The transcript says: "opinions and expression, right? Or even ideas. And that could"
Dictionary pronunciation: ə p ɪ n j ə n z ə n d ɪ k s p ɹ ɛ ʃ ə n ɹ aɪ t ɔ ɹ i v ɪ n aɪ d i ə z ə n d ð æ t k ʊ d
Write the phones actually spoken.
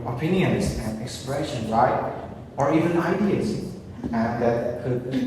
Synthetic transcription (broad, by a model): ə p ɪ n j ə n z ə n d ɪ k s p ɹ ɛ ʃ ə n l aɪ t ɔ ɹ i v ɪ n aɪ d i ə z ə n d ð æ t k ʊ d